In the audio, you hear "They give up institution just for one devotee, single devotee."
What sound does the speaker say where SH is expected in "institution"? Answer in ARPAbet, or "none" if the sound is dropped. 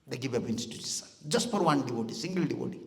S